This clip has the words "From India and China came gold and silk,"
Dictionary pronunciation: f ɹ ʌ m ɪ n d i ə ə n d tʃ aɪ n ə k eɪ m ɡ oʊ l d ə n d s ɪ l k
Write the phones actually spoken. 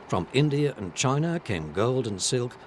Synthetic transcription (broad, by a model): f ɹ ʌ m ɪ n d i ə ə n tʃ aɪ n ə k eɪ m ɡ oʊ l d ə n s ɪ l k